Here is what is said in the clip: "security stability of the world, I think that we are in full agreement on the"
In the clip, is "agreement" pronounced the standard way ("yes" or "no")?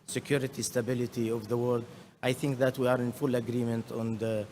yes